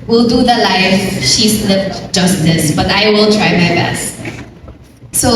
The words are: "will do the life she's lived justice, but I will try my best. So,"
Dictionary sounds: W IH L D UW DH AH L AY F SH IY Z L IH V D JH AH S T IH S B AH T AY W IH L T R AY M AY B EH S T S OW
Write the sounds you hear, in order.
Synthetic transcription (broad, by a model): W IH L D UW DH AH L AY F SH IY S L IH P JH AH S T IH S B AH T AY W IH L T R AY M AY B EH S T S OW